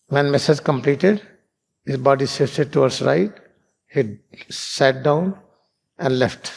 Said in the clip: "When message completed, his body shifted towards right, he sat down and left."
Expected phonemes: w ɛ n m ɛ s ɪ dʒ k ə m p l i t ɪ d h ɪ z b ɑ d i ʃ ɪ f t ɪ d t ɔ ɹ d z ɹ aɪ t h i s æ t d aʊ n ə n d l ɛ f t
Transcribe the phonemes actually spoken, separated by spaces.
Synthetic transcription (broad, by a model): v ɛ n m ɛ s ɪ dʒ k ə m p l i t ɪ d h ɪ z b ɑ d i s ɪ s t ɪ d t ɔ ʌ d s ɹ aɪ t h i s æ t d aʊ n ə n d l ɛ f t